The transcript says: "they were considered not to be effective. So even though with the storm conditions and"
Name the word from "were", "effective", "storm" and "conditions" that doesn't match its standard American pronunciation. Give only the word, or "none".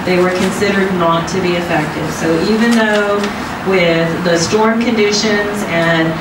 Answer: none